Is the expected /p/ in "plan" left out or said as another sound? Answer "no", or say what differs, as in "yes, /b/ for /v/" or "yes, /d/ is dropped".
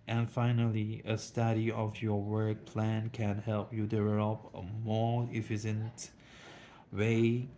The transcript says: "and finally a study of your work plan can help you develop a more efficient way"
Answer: no